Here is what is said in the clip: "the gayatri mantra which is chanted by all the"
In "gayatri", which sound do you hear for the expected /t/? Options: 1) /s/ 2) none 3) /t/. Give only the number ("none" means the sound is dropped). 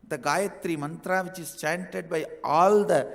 3